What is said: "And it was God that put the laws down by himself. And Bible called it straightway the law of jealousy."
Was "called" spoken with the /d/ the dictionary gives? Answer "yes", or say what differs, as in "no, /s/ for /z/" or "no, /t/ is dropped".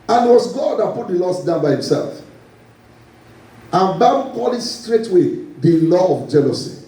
no, /d/ is dropped